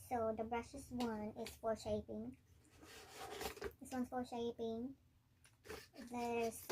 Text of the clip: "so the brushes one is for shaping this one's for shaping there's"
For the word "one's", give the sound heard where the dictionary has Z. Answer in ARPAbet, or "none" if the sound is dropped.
S